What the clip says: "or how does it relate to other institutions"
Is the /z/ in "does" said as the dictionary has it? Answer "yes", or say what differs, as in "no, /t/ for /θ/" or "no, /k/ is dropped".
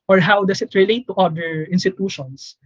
no, /s/ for /z/